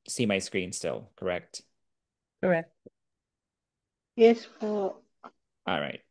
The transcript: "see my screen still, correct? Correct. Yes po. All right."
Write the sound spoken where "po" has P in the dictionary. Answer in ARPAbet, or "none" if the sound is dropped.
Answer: F